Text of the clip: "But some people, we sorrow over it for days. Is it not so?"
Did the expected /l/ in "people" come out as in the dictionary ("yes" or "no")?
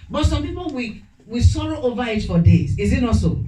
no